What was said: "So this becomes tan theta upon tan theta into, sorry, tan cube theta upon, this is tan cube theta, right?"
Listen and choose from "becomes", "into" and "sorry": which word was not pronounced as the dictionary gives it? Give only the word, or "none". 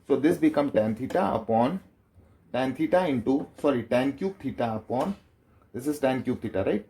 becomes